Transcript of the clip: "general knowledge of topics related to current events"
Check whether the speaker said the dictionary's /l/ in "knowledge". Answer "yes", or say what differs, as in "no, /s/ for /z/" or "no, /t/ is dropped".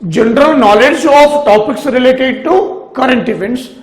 yes